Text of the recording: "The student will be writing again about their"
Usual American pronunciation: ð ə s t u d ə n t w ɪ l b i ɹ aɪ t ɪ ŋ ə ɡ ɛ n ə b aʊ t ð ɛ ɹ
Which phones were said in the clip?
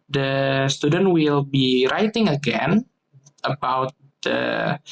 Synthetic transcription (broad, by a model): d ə s t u d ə n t w ɪ l b i ɹ aɪ t ɪ ŋ ə ɡ ɛ n ə b aʊ t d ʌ